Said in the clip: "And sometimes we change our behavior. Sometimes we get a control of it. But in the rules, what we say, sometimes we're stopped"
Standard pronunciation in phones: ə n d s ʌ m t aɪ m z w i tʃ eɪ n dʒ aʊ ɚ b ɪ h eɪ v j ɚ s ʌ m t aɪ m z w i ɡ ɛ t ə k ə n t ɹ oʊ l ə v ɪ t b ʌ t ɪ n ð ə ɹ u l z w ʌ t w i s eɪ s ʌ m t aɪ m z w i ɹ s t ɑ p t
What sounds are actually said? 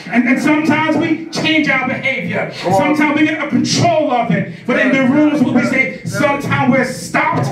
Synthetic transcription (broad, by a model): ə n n s ʌ m t aɪ m z w i tʃ eɪ n dʒ aʊ ɚ b ɪ h eɪ v j ɚ s ʌ m t aɪ m z w i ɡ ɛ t ə k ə n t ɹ oʊ l ə v ɪ t b ʌ t ɪ n ð ə ɹ u l z w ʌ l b i s eɪ s ʌ m t aɪ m w i ɹ s t ɑ p t